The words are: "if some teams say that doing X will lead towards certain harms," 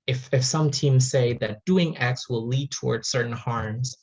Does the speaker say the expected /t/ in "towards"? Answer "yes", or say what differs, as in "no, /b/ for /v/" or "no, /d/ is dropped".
yes